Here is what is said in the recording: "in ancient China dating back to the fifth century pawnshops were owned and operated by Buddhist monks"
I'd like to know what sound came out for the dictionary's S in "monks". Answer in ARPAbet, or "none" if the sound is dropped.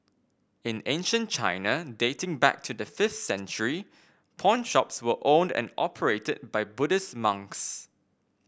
S